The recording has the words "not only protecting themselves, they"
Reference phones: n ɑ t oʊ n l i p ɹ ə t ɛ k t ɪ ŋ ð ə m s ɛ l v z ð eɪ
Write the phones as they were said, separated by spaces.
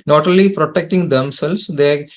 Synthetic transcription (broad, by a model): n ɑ t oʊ l i p ɹ ə t ɛ k t ɪ ŋ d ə m s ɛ l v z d eɪ